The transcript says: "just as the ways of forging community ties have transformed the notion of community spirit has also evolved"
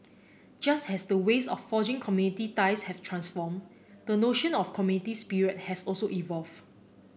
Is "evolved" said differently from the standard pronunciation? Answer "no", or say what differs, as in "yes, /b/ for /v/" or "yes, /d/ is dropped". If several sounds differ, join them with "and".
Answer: yes, /d/ is dropped